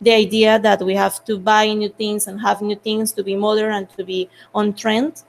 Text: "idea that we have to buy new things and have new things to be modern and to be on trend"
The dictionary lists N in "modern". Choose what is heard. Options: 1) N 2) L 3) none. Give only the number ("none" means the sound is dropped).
3